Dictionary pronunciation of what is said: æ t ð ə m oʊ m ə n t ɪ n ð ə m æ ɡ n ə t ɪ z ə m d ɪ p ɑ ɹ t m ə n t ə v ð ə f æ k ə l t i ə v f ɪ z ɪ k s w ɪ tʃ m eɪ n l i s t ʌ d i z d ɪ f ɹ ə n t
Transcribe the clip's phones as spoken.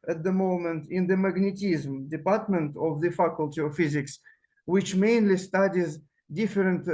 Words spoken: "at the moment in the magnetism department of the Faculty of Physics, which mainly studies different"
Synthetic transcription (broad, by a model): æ t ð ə m oʊ m ə n t ɪ n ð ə m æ ɡ n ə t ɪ z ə m d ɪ p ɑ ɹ t m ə n t ə v ð ə f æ k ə l t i ə v f ɪ z ɪ k s w ɪ tʃ m eɪ n l i s t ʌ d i z d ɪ f ɹ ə n t